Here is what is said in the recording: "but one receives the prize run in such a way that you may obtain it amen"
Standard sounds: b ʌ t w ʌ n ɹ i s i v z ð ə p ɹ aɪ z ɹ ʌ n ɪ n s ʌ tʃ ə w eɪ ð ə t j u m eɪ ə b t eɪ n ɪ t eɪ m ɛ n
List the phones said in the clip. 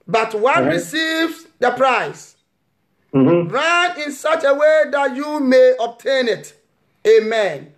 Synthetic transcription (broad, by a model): b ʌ t w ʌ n ɹ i s i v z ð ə p ɹ aɪ s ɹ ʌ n ɪ n s ʌ tʃ ə w eɪ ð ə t j u m eɪ ə b t eɪ n ɪ t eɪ m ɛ n